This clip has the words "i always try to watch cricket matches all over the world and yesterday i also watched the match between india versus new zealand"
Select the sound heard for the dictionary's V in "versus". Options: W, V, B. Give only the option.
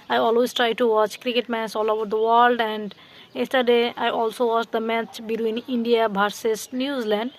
B